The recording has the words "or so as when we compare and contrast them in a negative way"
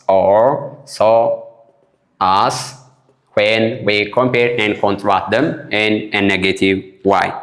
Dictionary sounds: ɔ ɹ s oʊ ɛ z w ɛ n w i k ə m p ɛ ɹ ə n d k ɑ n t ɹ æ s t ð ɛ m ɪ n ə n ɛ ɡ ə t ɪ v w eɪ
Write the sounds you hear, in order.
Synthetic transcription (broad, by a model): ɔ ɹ s oʊ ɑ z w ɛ n w i k ə m p ɛ ɹ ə n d k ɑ n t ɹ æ t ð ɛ m ɪ n ə n ɛ ɡ ə t ɪ v w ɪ